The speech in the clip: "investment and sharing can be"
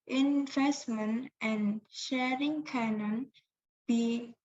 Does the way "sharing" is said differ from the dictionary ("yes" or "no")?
no